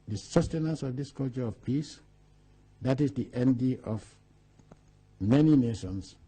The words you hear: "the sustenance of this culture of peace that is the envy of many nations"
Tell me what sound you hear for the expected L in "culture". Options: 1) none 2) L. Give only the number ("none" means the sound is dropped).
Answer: 2